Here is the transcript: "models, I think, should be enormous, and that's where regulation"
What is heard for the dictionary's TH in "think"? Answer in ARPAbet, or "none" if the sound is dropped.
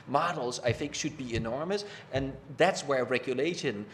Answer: TH